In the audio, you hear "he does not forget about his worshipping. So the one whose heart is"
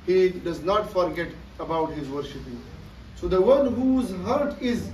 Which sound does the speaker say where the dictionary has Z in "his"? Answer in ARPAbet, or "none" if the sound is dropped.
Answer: Z